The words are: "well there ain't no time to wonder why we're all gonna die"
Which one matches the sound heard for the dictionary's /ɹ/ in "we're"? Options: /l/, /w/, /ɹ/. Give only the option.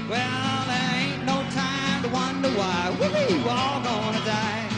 /l/